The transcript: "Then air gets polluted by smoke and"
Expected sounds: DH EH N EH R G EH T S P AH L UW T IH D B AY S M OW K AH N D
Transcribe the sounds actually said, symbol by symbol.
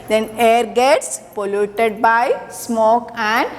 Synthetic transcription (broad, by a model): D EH N EH R G EH T S P AH L UW T IH D B AY S M OW K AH N D